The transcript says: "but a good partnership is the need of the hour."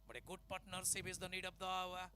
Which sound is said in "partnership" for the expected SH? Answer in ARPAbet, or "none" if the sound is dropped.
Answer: S